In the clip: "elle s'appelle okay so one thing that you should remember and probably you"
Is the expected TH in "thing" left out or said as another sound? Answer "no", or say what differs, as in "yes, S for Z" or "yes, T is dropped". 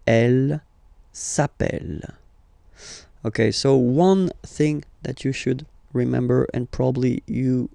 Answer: no